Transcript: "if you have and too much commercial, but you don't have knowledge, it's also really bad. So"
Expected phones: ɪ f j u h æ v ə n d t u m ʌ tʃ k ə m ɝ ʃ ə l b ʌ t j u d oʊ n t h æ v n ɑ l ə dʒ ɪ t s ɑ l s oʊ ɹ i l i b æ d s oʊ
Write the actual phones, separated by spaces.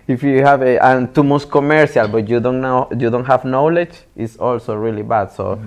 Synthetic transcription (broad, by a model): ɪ f j u h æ v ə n t u m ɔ s k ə m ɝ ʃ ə l b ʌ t j u d oʊ n t h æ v n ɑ l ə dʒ ɪ t s ɑ l s oʊ ɹ i l i b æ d s oʊ